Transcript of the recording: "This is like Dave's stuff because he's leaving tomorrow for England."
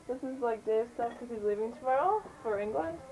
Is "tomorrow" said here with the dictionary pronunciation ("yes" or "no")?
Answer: no